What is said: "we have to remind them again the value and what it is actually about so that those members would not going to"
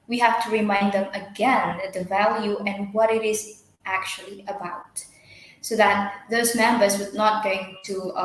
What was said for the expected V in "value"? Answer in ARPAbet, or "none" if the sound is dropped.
V